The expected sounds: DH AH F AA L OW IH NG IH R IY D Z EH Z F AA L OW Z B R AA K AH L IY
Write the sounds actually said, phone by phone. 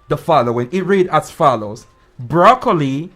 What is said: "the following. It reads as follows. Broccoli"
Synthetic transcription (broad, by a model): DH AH F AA L OW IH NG IH R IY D AA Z F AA L OW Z B R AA K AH L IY